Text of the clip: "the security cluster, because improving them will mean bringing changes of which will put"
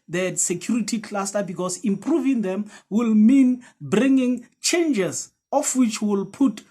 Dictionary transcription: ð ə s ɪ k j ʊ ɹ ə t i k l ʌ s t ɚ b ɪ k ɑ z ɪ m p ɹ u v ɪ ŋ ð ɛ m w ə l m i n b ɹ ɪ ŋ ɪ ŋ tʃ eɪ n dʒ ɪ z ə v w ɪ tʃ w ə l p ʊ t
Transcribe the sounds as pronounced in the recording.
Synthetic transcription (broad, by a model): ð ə s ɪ k j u ɹ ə t i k l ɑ s t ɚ b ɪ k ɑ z ɪ m p ɹ u v ɪ ŋ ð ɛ m w ə l m i n b ɹ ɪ ŋ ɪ ŋ tʃ eɪ n dʒ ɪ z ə f w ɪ tʃ w ə l p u t